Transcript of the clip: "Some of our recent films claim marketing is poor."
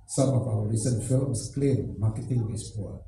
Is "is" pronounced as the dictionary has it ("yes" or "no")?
no